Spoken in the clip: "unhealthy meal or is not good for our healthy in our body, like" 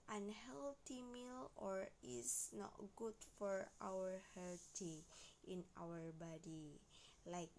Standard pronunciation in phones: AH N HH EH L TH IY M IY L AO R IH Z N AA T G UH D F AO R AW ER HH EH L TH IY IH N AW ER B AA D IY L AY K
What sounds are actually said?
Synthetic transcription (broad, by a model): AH N HH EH L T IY M IY L AO R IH S N AA T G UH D F AO R AW ER HH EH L T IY IH N AW ER B AA D IY L AY K